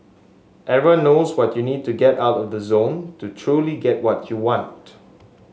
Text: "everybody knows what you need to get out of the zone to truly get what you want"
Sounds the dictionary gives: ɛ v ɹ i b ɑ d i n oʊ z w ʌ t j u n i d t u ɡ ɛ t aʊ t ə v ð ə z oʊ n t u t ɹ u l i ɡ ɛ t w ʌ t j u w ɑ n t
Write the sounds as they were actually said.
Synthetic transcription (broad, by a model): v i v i n oʊ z w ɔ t j u n i d t u ɡ ɛ t aʊ t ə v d ə z oʊ n t u t ɹ u l i ɡ ɛ t w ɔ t j u w ɑ n t